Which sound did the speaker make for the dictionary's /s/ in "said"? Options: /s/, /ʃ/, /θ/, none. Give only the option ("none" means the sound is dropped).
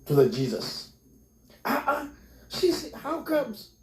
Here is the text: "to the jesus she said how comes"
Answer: /ʃ/